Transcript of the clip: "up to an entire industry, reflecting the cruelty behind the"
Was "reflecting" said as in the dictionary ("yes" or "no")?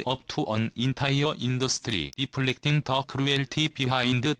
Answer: no